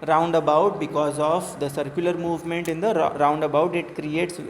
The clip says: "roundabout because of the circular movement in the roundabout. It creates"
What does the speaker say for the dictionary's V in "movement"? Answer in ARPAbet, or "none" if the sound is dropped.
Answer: V